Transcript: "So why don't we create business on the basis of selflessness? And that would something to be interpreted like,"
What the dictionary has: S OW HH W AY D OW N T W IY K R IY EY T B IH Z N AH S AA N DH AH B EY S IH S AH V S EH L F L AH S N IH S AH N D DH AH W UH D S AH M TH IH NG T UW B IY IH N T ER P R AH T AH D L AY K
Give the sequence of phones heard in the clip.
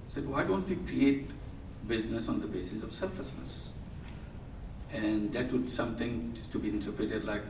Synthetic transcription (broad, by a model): S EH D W AY D OW N T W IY K R IY EY T B IH Z N AH S AA N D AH B EY S IH S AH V S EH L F L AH S N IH S AH N D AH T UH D S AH M T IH NG T UW B IY IH N T ER P R AH T AH D L AY K